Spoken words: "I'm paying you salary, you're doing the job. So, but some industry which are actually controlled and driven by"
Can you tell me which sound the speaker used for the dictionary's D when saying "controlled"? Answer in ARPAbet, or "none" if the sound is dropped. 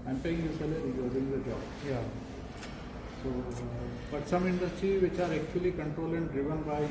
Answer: none